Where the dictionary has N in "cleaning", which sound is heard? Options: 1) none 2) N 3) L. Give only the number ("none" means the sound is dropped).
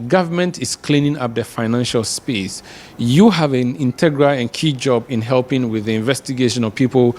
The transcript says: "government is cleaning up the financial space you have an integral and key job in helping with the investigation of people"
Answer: 2